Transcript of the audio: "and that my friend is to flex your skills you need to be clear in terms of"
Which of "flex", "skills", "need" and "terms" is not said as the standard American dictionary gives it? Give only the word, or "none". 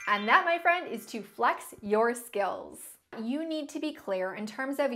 none